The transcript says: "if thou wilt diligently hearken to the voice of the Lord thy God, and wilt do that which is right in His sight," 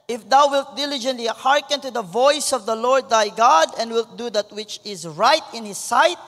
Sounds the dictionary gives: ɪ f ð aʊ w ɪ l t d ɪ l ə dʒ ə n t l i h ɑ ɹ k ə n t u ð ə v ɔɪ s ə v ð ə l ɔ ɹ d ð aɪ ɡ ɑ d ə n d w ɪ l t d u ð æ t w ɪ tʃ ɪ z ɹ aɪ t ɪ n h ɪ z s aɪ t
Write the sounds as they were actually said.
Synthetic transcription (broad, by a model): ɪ f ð aʊ w ɪ l t d ɪ l ə dʒ ə n t l i h ɑ ɹ k ə n t u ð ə v ɔɪ s ə v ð ə l ɔ ɹ d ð aɪ ɡ ɑ d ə n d w ɪ l t d u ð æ t w ɪ tʃ ɪ z ɹ aɪ t ɪ n h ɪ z s aɪ t